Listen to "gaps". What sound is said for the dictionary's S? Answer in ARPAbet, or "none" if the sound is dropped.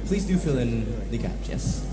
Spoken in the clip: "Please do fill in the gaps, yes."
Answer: none